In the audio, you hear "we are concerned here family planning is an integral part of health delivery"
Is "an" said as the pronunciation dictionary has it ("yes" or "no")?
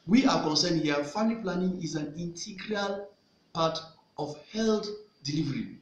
yes